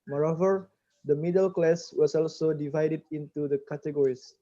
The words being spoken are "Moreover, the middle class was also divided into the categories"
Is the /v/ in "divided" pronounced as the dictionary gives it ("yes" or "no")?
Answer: yes